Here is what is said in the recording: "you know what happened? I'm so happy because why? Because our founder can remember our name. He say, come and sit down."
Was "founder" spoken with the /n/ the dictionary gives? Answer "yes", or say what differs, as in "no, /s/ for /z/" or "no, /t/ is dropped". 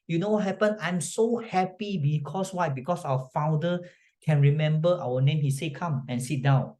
no, /n/ is dropped